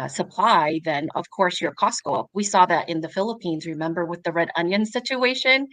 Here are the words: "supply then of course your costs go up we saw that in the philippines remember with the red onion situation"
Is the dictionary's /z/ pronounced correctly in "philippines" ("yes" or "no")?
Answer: yes